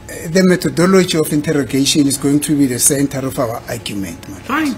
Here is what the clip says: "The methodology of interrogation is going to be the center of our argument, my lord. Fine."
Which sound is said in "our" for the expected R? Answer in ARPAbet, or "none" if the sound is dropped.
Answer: W